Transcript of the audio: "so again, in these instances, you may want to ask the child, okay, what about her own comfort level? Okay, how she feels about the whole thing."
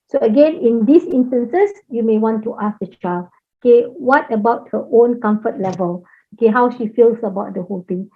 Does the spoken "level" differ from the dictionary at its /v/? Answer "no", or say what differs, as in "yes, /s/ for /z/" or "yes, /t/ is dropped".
no